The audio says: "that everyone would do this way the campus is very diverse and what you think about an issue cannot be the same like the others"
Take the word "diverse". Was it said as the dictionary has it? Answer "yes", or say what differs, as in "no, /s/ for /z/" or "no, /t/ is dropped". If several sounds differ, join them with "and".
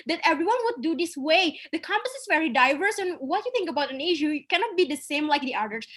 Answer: yes